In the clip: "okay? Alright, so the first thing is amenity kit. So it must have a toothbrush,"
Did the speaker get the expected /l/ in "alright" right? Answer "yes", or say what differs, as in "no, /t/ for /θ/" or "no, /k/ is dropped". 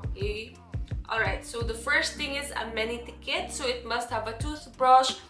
yes